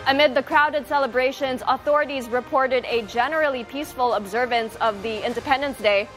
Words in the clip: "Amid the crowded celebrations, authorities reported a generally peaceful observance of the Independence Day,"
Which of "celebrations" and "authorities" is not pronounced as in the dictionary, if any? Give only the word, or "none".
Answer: none